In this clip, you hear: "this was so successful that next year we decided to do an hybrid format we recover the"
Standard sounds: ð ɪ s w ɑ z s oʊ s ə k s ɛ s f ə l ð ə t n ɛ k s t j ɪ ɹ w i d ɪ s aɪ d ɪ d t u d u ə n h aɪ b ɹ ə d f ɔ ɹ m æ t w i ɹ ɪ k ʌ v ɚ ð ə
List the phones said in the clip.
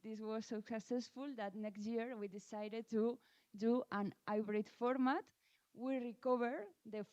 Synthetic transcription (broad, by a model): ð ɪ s w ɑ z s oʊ s ə k s ɛ s f ə l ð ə t n ɛ k s t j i ɹ w i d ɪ s aɪ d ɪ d t u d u ə n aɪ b ɹ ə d f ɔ ɹ m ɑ t w i ɹ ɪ k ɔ b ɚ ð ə